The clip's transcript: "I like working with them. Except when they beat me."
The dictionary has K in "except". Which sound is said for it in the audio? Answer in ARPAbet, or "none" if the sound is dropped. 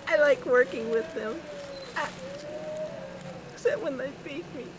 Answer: none